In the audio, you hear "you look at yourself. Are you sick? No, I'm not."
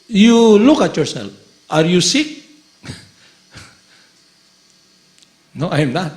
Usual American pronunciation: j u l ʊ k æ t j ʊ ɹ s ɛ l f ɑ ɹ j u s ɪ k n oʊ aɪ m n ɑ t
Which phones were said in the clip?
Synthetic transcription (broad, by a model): j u l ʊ k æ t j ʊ ɹ s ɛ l ɑ ɹ j u s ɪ k n oʊ aɪ m n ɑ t